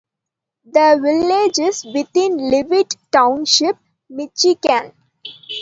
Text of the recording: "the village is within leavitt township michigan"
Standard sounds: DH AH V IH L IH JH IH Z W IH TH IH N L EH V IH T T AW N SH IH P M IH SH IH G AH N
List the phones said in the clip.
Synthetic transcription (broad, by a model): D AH V IH L IH JH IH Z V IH T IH N L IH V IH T T AW N SH IH P M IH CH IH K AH N